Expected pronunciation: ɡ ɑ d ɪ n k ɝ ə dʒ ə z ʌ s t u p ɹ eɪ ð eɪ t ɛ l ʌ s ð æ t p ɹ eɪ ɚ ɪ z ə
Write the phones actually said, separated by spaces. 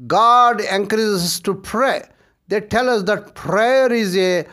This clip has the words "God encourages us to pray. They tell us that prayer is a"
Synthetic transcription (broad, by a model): ɡ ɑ d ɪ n k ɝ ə z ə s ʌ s t u p ɹ eɪ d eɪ t ɛ l ʌ s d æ t p ɹ eɪ ɚ ɪ z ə